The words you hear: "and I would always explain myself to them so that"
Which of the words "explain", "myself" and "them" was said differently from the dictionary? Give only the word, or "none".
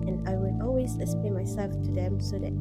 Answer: explain